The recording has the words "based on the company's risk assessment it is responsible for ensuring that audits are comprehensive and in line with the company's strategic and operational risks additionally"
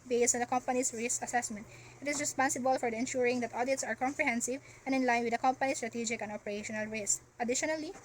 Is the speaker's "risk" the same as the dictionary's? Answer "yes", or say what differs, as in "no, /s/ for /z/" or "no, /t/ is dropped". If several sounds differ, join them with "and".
no, /k/ is dropped